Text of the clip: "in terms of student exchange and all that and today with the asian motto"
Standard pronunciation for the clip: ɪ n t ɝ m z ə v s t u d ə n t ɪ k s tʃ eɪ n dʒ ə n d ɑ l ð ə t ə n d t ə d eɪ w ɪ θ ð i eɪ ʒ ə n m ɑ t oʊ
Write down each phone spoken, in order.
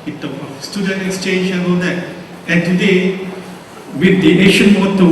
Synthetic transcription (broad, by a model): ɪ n t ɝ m ə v s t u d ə n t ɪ k s tʃ eɪ n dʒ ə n ɑ l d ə t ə n t ə d eɪ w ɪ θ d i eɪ ʃ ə n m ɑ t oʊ